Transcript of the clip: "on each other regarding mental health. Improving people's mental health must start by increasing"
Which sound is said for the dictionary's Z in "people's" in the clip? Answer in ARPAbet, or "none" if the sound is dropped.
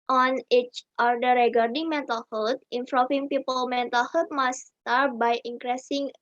none